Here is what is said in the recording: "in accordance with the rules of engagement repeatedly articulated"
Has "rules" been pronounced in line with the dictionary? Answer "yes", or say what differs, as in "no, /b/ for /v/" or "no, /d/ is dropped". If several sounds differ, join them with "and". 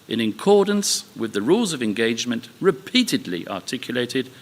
yes